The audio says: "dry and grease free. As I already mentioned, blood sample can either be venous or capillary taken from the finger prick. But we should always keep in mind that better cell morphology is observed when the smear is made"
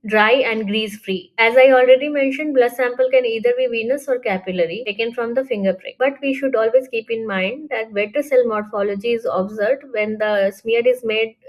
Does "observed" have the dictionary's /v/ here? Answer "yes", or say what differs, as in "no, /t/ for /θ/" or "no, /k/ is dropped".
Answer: no, /v/ is dropped